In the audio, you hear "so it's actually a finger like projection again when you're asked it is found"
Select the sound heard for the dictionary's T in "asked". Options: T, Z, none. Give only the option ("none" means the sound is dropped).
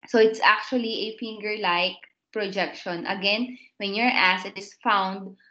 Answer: none